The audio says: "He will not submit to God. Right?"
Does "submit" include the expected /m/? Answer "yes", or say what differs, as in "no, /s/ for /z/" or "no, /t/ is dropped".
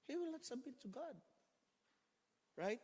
no, /m/ is dropped